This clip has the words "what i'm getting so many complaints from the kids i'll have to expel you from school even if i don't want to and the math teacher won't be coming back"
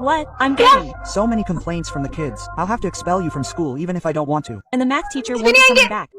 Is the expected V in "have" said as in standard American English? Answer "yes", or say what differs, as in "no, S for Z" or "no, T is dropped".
no, F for V